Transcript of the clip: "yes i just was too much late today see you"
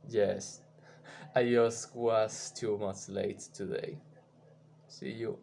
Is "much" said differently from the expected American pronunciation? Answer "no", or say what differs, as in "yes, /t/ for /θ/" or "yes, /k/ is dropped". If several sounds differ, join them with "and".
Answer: yes, /s/ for /tʃ/